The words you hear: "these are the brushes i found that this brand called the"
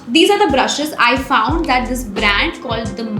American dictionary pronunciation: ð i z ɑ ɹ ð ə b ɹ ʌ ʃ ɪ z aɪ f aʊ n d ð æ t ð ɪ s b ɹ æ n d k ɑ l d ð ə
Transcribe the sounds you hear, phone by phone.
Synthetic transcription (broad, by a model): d i z ɑ ɹ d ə b ɹ ʌ ʃ ɪ z aɪ f aʊ n d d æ t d ɪ s b ɹ æ n d k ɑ l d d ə